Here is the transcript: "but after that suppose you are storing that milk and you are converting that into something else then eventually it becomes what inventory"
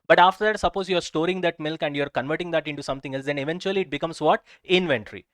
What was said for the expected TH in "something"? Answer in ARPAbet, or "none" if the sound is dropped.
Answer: T